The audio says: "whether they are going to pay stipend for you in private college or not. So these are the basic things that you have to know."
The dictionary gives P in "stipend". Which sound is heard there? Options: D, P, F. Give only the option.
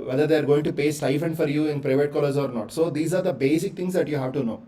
F